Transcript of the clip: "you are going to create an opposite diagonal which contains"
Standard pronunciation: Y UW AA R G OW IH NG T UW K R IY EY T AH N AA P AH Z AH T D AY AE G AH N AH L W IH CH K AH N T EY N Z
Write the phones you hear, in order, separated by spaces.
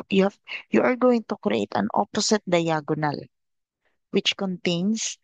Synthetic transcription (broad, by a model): Y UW AA R G OW IH NG T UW K R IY EY T AH N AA P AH S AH T D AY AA G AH N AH L W IH CH K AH N T EY N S